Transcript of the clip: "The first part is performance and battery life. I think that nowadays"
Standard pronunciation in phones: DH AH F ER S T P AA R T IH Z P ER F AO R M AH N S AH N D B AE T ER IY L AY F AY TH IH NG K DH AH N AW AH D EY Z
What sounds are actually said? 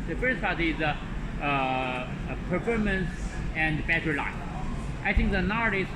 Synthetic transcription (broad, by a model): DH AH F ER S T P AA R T IH Z P ER F AO R M AH N S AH N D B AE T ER L AY AY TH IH NG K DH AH N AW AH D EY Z